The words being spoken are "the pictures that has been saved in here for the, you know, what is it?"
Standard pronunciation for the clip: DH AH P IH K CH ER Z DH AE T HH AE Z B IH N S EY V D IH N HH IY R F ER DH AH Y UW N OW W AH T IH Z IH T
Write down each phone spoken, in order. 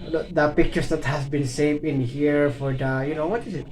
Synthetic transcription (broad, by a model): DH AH P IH K CH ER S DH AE T HH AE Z B IH N S EY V IH N HH IY R F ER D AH Y UW N OW W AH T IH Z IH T